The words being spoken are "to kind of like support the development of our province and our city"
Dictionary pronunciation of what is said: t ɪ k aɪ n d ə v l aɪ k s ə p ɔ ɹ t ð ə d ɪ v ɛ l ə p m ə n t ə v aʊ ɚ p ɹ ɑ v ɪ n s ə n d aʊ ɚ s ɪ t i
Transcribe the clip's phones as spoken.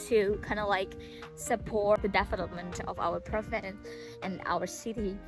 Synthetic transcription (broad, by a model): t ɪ k aɪ n d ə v l aɪ k s ə p ɔ ɹ t ð ə d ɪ f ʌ n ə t m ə n t ə v aʊ ɚ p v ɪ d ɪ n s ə n aʊ ɚ s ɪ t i